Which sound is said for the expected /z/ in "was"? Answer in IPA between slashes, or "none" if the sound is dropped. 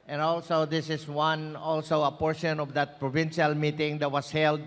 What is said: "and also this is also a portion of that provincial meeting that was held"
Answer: /s/